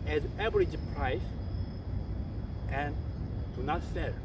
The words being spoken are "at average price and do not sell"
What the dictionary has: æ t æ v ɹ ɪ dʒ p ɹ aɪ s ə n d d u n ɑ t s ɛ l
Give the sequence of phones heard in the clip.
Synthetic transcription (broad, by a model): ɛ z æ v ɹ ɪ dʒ p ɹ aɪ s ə n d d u n ɑ t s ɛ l